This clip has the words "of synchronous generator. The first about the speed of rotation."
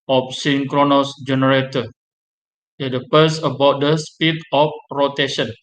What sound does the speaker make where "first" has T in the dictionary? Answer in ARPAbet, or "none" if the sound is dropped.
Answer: none